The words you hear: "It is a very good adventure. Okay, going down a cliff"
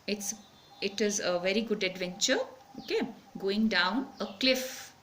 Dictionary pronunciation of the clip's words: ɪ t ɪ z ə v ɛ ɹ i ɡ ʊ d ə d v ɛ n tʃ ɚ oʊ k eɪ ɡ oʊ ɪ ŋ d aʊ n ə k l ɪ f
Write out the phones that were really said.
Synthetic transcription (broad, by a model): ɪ t ɪ z ə v ɛ ɹ i ɡ ʊ d ə d v ɛ n tʃ ɚ oʊ k eɪ ɡ oʊ ɪ ŋ d aʊ n ə k l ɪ f